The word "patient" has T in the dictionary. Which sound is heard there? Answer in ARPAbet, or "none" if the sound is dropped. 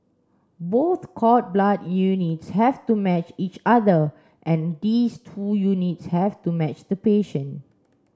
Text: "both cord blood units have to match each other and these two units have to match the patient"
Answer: none